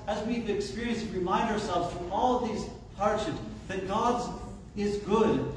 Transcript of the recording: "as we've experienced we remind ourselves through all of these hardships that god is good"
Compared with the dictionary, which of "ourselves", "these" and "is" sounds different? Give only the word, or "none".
none